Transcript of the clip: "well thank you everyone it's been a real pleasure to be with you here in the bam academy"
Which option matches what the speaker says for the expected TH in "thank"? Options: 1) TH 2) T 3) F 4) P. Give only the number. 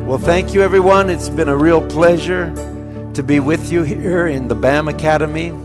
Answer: 1